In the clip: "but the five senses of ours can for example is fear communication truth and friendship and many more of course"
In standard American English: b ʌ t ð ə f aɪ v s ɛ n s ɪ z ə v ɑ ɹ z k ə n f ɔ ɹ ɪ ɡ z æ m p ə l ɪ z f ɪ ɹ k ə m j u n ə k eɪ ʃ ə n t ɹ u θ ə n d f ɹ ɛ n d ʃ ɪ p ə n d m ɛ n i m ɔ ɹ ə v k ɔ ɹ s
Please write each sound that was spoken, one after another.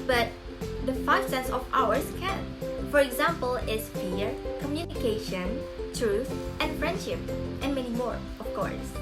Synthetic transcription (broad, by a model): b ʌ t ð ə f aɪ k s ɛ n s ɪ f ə w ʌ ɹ s k ə n f ɔ ɹ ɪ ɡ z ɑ m p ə l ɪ s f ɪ ɹ k ə m j u n ə k eɪ ʃ ə n t ɹ u θ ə n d f ɹ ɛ n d ʃ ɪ p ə n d m ɛ n i m ɔ ɹ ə f k ɔ ɹ s